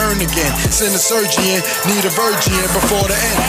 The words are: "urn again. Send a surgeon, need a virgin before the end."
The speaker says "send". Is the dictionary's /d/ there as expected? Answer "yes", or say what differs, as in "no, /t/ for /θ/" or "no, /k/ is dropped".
no, /d/ is dropped